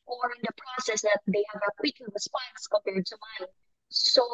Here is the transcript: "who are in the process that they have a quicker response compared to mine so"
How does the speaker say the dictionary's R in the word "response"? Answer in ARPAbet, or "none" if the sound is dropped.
W